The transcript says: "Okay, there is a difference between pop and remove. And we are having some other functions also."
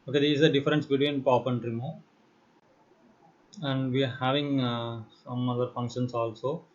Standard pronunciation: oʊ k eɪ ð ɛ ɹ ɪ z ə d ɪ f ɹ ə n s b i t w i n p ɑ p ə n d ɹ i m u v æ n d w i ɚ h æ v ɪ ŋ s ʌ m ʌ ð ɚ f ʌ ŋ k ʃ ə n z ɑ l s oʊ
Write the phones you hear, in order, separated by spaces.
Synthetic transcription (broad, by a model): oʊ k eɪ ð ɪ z ə d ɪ f ɹ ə n s b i t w i n p ɑ p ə n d ɹ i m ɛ æ n d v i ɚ h æ v ɪ ŋ s ʌ m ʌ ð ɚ f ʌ ŋ k ʃ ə n s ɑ l s oʊ